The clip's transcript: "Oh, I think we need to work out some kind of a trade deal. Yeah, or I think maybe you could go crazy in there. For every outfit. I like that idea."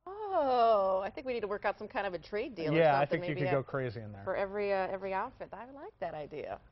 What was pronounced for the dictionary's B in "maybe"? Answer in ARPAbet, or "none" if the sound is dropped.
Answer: none